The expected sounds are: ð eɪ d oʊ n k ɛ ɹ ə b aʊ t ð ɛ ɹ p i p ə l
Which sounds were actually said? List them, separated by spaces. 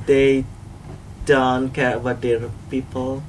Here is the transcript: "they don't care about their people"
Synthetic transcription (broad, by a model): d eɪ d oʊ n k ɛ w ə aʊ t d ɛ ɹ p i p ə l